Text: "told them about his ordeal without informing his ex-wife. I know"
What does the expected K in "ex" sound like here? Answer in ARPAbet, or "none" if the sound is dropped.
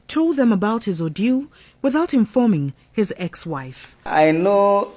K